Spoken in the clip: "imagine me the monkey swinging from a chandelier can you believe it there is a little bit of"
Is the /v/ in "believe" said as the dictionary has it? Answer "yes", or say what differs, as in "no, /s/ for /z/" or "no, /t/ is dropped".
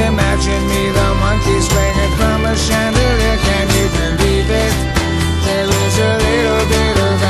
no, /b/ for /v/